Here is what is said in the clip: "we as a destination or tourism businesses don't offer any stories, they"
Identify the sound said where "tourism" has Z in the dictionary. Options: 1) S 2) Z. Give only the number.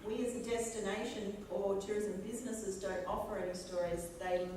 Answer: 2